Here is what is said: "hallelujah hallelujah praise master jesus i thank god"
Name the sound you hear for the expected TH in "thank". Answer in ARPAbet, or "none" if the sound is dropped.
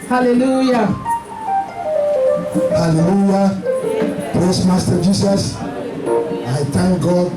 T